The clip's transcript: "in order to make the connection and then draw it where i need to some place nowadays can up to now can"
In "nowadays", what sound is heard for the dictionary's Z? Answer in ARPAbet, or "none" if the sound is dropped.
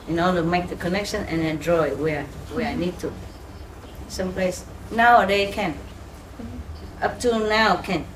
none